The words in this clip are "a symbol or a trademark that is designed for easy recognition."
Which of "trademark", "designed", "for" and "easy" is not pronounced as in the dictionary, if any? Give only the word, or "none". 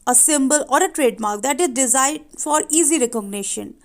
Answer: designed